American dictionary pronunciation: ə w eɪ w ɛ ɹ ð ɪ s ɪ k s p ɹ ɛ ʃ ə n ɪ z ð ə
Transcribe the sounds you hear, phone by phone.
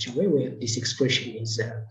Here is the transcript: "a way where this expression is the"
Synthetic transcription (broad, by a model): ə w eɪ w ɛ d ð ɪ s ɪ k s p ɹ ɛ ʃ ə n ɪ z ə